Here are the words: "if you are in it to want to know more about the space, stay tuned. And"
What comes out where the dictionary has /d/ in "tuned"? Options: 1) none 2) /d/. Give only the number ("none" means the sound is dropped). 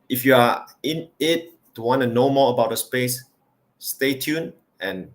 1